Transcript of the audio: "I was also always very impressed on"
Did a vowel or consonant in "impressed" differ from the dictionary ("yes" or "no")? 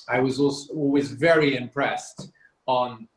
no